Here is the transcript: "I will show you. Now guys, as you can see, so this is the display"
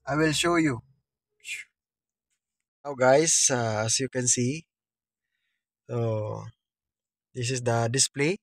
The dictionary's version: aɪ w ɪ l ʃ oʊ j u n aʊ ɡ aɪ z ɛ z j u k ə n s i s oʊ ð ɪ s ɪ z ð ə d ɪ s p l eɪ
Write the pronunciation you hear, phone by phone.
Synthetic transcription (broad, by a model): aɪ w ɪ l ʃ oʊ j u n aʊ ɡ aɪ s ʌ s j u k ə n s i s oʊ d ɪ s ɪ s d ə d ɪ s p l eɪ